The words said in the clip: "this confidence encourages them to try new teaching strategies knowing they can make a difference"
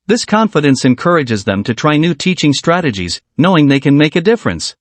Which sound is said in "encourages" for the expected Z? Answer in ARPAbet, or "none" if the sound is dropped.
Z